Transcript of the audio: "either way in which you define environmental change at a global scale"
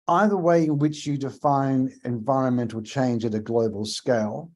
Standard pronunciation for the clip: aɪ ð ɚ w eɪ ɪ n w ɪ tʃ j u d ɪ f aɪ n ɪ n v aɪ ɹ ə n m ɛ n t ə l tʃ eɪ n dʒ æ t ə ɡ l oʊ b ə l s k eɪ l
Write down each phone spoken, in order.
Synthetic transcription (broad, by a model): aɪ ð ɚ w eɪ ɪ n w ɪ tʃ j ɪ d ɪ f aɪ n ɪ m v aɪ ɹ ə n m ɛ n t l tʃ eɪ n dʒ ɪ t ə ɡ l oʊ b ə l s k eɪ l